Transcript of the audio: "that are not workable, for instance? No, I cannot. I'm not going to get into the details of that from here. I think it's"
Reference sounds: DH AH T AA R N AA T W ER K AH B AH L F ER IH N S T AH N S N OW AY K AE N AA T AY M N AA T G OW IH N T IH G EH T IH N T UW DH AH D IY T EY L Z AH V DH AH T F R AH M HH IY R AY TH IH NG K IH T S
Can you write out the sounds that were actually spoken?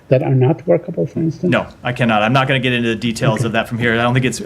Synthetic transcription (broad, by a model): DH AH T AA R N AA T W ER K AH B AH L F ER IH N S T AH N N OW AY K AE N AA T AY M N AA T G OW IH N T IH G EH T IH N T UW DH AH D IY T EY L Z AH V DH AH T F R AH M HH IY R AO TH IH NG K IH T S